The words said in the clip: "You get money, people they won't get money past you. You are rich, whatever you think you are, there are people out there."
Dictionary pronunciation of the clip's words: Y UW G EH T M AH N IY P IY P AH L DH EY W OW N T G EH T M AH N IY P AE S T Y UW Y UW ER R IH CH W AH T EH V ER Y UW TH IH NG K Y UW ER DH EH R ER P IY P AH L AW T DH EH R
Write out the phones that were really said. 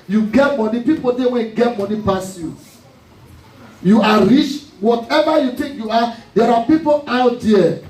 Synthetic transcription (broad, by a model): Y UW G EH T M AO N IY P IY P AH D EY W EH G EH T M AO N IY P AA S Y UW Y UW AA R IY CH W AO T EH V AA Y UW T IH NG K Y UW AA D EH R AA P IY P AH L AW T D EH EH